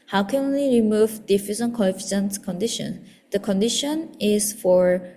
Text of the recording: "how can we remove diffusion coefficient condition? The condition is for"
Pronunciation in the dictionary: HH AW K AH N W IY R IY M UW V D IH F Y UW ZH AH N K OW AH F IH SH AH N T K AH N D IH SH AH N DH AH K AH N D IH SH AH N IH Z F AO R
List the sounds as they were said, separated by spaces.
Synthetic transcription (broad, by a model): HH AW K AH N W IY R IY M UW V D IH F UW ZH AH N K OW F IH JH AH N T K AH N D IH SH AH N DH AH K AH N D IH SH AH N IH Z F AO R